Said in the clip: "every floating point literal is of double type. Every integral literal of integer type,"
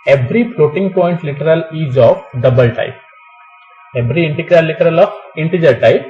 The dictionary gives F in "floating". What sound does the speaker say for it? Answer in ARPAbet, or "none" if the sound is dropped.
P